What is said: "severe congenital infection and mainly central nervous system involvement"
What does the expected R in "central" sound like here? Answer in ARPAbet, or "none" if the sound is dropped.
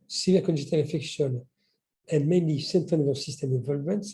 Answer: none